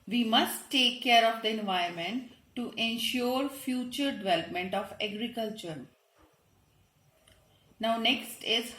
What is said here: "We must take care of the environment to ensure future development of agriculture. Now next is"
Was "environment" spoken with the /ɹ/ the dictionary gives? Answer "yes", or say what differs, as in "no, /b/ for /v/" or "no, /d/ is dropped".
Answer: no, /ɹ/ is dropped